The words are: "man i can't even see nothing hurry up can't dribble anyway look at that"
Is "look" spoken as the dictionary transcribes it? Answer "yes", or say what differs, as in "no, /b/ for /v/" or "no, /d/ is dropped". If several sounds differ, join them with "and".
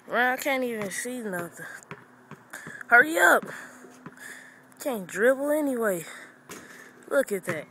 yes